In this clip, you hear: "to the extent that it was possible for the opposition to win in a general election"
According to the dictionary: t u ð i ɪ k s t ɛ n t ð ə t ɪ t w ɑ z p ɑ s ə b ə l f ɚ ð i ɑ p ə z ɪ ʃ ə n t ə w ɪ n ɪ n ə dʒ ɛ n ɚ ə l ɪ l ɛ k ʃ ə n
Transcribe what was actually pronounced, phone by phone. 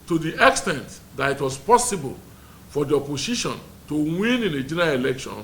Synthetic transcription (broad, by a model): t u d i ɪ k s t ɛ n t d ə t ɪ t w ɑ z p ɑ s ə b ə l f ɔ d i ɑ p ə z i ʃ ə n t ə w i n ɪ n ə dʒ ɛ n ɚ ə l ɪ l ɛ k ʃ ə n